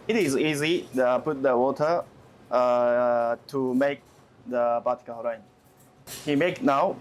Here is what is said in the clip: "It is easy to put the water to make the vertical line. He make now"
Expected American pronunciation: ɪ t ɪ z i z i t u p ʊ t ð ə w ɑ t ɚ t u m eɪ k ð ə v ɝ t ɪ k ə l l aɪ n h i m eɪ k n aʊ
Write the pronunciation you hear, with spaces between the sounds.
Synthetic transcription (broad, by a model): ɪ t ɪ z i z i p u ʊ t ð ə w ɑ t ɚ t u m eɪ k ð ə p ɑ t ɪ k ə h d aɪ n h i m eɪ k n aʊ